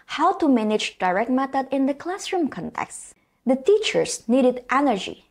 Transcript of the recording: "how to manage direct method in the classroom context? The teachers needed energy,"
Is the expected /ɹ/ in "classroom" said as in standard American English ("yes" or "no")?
yes